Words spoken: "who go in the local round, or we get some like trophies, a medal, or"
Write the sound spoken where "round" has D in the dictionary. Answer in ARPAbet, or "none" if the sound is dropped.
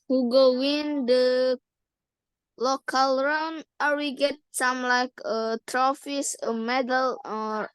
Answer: none